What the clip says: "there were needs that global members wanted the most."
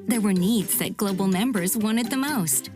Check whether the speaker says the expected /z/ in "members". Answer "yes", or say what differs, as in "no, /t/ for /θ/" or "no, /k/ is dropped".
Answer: yes